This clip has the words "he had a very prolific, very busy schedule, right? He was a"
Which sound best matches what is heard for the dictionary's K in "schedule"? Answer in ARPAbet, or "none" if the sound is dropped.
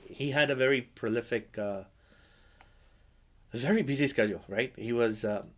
K